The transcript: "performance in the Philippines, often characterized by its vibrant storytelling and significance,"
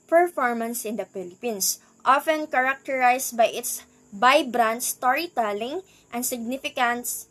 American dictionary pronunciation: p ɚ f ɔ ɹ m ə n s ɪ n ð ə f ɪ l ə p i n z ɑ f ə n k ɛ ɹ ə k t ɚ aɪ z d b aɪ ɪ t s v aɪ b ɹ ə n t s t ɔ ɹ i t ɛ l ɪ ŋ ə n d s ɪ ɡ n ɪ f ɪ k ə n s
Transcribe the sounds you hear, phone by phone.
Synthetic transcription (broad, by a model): p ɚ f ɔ ɹ m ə n s ɪ n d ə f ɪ l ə p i n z ɑ f ə n k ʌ ɹ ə k t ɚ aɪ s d b aɪ ɪ t s b aɪ b ɹ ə n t s t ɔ ɹ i t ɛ l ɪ ŋ ə n d s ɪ ɡ n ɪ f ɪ k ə n s